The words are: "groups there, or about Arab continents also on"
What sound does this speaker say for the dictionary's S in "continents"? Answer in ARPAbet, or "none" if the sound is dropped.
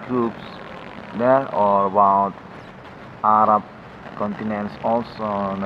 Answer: S